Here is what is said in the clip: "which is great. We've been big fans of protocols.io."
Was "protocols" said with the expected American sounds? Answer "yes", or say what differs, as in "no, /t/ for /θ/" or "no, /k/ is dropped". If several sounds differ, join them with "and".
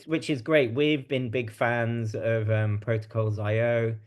yes